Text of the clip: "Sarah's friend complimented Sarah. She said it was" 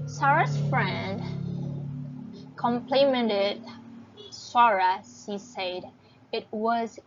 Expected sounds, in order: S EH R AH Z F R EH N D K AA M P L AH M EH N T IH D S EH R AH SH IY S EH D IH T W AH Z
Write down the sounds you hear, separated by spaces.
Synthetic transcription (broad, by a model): S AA R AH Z F R EH N D K AA M P L AH M EH N T IH D S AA R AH S IY S EH D IH T W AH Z